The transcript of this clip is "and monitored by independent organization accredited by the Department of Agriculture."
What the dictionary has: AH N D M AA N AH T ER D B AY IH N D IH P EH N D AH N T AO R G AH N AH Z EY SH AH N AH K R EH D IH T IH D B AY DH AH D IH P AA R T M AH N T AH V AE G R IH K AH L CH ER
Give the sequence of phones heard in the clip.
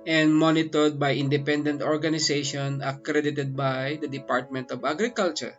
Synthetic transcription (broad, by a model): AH N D M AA N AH T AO D B AY IH N D IH P EH N D AH N T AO R G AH N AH S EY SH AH N AH K R EH D IH T IH D B AY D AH D IH P AA R T M AH N T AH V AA G R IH K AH L CH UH